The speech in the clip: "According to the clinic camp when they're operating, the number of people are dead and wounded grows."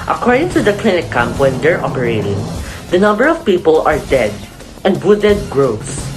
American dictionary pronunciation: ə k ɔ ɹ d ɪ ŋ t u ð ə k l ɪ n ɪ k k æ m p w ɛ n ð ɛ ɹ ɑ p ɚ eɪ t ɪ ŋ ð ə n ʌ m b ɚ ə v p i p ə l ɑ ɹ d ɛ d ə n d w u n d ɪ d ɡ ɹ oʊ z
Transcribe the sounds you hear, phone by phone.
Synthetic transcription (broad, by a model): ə k ɔ ɹ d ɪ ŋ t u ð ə k l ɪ n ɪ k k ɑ m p w ɛ n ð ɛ ɹ ɑ p ɚ eɪ t ɪ ŋ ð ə n ʌ m b ɚ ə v p i p ə l ɑ ɹ d ɛ d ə n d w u d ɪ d ɡ ɹ oʊ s